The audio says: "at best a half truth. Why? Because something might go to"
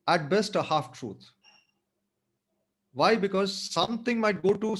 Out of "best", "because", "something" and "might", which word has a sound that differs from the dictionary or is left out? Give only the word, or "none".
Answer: something